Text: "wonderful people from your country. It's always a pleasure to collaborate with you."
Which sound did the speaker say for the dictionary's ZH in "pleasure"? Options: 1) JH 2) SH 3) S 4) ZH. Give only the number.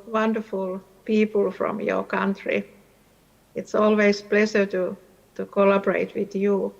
3